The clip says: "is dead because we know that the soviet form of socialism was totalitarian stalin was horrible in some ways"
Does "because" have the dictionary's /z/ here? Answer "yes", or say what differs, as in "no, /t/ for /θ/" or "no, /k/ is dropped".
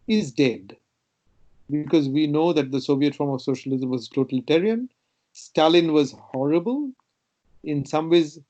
yes